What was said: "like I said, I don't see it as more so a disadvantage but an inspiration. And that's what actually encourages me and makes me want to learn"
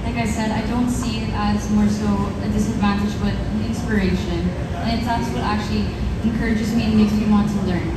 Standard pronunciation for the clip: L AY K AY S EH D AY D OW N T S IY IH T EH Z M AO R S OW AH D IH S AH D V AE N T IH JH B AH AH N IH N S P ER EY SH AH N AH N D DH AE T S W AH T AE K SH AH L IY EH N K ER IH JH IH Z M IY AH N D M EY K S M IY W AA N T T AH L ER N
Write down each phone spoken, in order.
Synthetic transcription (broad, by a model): L AY K AY S EH D AY D OW N T S IY IH T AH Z M AO R S OW AH D IH S AH D V AE N T IH JH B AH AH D IH N S P ER EY SH AH N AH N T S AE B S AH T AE K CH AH L IY EH N K ER IH JH IH Z M IY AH N M EY K S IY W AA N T T AH L ER N